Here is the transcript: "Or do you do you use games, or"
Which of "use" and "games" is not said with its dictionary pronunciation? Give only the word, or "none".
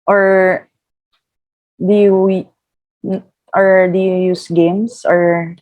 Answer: games